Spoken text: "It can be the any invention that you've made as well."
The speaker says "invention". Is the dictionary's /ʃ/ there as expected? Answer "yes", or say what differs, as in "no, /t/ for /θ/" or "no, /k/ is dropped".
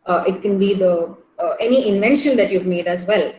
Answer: yes